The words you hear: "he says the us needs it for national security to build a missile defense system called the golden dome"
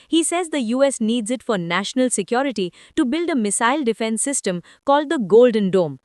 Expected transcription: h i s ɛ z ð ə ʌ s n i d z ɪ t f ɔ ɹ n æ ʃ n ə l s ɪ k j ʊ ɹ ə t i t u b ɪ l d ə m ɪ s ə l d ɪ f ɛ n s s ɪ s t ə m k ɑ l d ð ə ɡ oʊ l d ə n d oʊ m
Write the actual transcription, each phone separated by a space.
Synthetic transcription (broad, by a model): h i s ɛ z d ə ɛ s n i d z ɪ t f ɔ ɹ n æ ʃ n ə l s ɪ k j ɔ ɹ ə t i t u b ɪ l d ə m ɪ s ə l d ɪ f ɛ n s s ɪ s t ə m k ɑ l d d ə ɡ oʊ l d ə n d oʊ m